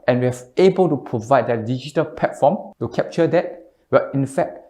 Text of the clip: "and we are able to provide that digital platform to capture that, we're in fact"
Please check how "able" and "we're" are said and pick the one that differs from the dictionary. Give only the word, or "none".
we're